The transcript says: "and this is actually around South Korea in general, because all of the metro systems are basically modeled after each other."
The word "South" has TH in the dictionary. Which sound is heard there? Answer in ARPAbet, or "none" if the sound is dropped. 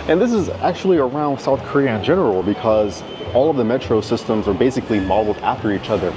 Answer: TH